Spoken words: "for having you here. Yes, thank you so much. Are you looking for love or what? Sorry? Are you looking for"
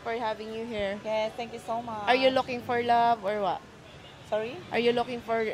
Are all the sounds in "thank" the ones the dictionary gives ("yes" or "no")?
no